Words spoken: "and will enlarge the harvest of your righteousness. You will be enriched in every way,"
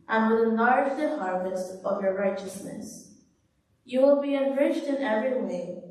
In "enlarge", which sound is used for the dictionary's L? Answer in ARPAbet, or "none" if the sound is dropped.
none